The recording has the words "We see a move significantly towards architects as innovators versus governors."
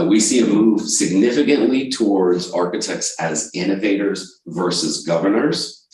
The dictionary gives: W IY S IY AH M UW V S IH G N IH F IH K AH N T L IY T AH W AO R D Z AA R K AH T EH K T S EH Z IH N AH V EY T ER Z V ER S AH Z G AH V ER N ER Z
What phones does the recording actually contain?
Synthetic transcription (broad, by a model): W IY S IY AH M UW V S IH G N IH F IH K AH N T L IY T AH W AO R D Z AA R K AH T EH K T S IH Z IH N AH V EY T ER Z V ER S AH Z G AH V ER N ER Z